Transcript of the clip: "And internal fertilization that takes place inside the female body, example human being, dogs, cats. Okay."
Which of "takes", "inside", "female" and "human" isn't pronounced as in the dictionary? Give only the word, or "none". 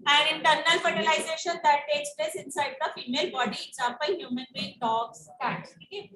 none